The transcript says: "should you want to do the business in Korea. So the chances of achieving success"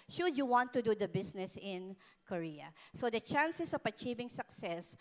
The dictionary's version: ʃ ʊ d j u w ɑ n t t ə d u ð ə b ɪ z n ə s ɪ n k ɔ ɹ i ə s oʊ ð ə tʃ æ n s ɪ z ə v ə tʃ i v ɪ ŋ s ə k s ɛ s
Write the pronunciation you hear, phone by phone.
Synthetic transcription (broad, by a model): ʃ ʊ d j u w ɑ n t t ə d u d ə b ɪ s n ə s ɪ n k ɔ ɹ i ə s oʊ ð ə tʃ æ n s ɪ s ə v ə tʃ i v ɪ ŋ s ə k s ɛ s